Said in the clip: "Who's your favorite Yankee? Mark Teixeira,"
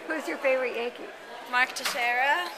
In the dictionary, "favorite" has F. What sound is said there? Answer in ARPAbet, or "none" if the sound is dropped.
F